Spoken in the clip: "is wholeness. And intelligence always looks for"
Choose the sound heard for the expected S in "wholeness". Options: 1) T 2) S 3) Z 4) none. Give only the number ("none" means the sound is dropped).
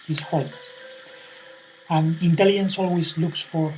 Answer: 4